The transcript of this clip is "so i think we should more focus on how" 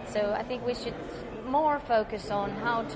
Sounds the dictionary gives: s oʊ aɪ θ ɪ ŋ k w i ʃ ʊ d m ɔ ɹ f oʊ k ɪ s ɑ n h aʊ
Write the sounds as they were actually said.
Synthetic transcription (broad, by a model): s oʊ aɪ θ ɪ ŋ k w i ʃ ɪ d m ɔ ɹ f oʊ k ɪ s n h aʊ